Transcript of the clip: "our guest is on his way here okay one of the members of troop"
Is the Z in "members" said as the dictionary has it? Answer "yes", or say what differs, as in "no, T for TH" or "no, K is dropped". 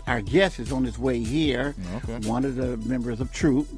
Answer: yes